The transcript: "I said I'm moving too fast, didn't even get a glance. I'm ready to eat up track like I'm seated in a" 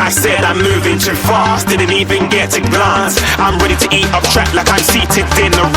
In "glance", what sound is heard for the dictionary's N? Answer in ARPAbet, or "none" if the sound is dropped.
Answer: none